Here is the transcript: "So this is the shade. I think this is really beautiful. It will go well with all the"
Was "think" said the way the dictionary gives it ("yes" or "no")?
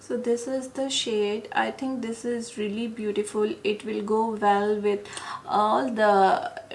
no